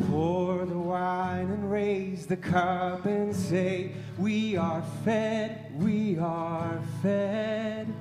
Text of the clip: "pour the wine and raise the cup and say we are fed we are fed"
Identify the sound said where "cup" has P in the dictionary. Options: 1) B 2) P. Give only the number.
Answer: 1